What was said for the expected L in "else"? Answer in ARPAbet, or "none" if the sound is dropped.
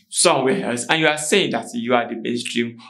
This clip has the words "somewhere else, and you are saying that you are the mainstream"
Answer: none